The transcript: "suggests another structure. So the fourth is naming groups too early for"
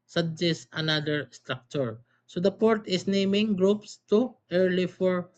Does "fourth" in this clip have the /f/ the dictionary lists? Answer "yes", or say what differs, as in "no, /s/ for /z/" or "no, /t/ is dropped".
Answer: no, /p/ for /f/